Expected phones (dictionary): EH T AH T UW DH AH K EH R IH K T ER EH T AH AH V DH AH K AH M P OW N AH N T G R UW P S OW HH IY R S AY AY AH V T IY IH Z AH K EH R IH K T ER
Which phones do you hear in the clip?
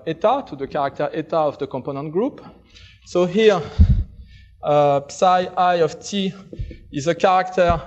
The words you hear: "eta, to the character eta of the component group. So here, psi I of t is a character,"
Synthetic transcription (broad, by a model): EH T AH T UW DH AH K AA R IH K T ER EH T AH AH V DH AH K AH M P OW N AH N T G R UW P S OW HH IY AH S AY AY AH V T IY IH Z AH K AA R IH K T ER